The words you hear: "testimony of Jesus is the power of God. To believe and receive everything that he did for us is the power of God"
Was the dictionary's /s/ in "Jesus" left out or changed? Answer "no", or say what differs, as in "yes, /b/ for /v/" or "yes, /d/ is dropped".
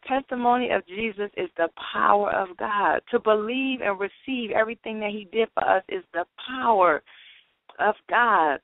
no